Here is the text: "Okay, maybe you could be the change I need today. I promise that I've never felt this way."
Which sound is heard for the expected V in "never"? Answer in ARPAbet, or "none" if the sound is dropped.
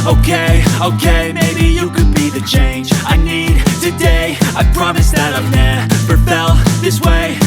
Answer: P